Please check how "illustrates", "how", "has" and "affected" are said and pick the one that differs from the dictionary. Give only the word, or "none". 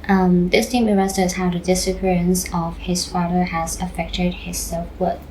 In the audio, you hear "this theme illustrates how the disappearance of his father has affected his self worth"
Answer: illustrates